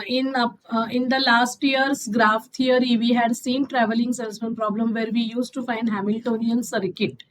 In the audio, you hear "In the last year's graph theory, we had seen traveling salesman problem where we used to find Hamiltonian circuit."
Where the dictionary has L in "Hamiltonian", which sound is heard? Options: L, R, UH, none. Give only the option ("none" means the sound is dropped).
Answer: L